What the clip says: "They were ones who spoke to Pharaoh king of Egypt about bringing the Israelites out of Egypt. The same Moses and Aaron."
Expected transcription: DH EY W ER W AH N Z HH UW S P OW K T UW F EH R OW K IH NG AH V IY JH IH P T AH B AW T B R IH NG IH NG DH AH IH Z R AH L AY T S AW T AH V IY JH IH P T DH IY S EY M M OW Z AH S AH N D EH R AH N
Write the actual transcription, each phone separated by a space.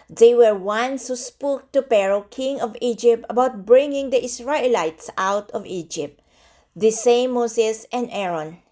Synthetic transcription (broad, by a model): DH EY W ER W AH N S HH UW S P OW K T UW P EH R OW K IH NG AH V IY JH IH P T AH B AW T B R IH NG IH NG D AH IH S R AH L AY T S AW T AH V IY JH IH P T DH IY S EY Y M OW S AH S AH N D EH R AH N